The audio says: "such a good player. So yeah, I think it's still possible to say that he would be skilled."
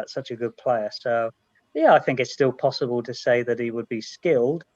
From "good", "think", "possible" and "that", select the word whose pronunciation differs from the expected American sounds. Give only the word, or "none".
none